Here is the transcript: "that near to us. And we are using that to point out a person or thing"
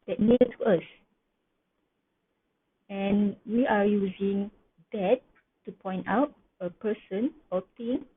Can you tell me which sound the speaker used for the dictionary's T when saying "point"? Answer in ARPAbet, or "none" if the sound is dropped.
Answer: T